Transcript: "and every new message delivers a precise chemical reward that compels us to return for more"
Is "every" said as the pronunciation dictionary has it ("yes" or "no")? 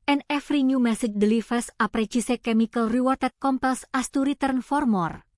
no